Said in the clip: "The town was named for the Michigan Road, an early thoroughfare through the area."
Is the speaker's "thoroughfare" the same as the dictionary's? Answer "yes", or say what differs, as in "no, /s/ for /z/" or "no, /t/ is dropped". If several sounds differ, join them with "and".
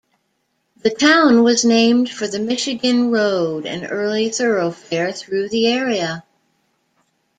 yes